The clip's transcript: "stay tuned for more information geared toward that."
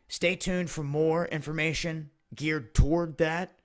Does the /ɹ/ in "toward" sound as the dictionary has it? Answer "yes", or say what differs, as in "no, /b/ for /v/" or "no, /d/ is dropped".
yes